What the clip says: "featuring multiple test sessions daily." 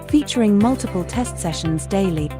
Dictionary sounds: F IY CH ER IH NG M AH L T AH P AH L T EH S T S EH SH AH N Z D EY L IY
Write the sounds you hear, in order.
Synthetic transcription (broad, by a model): F IY CH ER IH NG M AH L T AH P AH L T EH S T S EH SH AH N Z D EY L IY